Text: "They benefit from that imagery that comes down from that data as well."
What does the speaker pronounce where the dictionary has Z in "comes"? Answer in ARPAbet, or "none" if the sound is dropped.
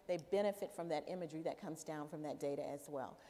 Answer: Z